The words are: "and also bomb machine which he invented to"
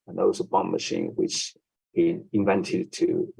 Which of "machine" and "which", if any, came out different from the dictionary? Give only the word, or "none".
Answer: none